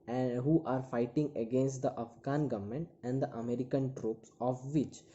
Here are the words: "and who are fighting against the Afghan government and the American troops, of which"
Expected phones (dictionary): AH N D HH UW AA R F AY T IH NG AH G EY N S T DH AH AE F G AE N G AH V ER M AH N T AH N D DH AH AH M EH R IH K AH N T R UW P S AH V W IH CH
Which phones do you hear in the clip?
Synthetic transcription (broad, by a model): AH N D HH UW AA R F AY T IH NG AH G EY N S T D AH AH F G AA N G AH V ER M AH N T AH N D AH AH M EH R IH K AH N T R UW P S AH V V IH CH